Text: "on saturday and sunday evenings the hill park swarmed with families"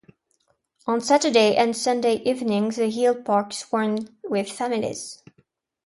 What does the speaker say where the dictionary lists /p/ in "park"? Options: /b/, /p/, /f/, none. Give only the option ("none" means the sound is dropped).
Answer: /p/